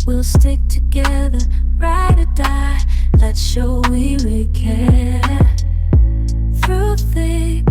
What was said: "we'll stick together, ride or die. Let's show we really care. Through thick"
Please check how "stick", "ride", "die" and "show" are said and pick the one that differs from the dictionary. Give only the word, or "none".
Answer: none